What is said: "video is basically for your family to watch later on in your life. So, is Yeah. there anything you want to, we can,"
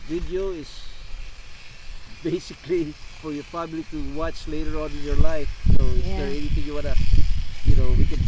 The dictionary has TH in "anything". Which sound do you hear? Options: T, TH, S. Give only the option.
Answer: T